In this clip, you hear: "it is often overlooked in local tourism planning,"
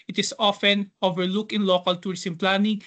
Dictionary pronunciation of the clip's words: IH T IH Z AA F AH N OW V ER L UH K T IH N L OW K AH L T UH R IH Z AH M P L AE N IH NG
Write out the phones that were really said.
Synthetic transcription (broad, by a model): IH T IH S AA F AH N OW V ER L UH K IH N L OW K AH L T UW R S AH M P L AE N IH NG